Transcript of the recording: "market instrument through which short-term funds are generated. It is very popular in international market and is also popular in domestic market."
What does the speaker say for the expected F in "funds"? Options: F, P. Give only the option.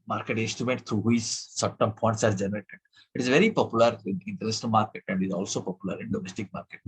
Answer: P